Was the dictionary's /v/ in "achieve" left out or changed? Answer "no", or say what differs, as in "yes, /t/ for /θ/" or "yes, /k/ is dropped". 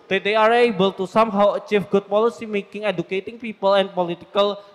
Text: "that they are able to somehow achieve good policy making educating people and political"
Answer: yes, /f/ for /v/